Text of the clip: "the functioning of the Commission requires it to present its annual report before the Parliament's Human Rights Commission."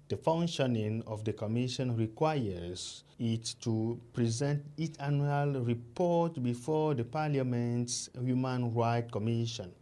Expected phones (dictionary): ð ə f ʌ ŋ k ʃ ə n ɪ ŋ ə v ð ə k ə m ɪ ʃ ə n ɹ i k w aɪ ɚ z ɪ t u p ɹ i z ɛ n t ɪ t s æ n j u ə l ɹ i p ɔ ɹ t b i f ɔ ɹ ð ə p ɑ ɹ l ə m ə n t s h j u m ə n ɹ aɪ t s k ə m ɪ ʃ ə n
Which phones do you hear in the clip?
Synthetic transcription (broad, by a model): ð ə f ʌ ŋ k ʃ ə n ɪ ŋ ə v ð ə k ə m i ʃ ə n ɹ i k w aɪ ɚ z ɪ t u p ɹ i z ɛ n t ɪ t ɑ n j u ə l ɹ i p ɔ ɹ t b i f ɔ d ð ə p ɑ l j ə m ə n t s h j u m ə n ɹ aɪ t k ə m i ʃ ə n